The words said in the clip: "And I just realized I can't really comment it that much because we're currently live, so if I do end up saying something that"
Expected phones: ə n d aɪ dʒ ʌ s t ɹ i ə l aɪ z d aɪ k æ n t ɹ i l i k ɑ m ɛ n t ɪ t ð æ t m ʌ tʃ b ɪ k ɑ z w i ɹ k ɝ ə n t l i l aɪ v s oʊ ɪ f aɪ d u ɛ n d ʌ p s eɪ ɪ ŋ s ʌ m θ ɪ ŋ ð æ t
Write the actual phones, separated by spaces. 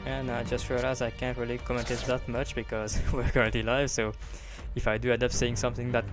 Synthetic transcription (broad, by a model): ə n aɪ dʒ ʌ s t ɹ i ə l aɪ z aɪ k æ n t ɹ i l i k ɑ m ɛ n t ɪ t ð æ t m ʌ tʃ b ɪ k ɑ z w i ɹ k ɝ ə n t l i l aɪ v s oʊ ɪ f aɪ d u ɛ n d ʌ p s eɪ ɪ ŋ s ʌ m θ ɪ ŋ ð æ t